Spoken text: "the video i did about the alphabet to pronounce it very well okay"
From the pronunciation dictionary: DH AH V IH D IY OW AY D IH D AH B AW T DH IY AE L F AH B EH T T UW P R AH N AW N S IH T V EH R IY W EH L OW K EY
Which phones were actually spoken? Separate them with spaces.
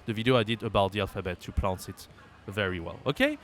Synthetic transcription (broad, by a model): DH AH V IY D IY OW AY D IH D AH B AW T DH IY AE L F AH B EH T T UW P L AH N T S IH T V EH R IY W EH L OW K EY